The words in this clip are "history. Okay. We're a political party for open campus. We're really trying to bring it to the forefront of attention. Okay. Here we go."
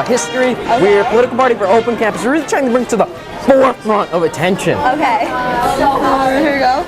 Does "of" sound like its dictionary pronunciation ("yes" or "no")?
yes